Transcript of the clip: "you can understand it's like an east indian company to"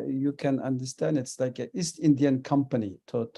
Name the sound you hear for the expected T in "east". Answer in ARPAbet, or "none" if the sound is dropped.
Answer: T